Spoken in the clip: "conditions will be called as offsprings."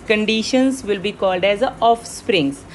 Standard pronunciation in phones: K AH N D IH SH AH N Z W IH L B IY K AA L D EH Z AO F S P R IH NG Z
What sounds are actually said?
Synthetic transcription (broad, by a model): K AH N D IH SH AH N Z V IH L B IY K AA L D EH Z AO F S P R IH NG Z